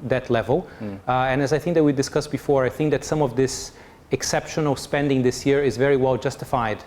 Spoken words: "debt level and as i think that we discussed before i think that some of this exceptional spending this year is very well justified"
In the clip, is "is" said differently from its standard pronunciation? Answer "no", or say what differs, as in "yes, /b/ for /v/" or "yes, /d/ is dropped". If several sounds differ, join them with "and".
no